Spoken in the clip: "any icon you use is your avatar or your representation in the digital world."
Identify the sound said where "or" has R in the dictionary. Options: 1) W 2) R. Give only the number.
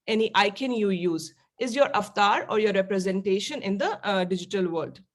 2